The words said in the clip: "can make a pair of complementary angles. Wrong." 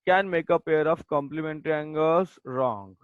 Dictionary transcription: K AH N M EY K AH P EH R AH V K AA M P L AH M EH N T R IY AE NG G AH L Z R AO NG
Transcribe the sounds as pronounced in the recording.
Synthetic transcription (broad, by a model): K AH N M EY K AH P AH R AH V K AA M P L AH M EH N T R IY NG G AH Z R AO NG